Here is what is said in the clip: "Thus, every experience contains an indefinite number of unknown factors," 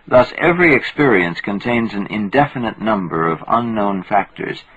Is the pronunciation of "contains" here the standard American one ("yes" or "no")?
yes